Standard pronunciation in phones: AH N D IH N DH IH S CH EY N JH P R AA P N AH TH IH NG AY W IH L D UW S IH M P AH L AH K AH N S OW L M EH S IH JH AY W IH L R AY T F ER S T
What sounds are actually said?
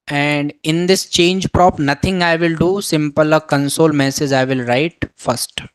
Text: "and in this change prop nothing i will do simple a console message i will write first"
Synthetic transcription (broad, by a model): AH N D IH N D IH S CH EY N JH P R AA P N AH T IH NG AY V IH L D UW S IH M P AH L AH K AH N S OW L M EH S IH JH AY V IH L R AY T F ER S T